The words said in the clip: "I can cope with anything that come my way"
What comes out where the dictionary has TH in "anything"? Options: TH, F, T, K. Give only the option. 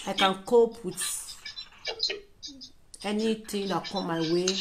T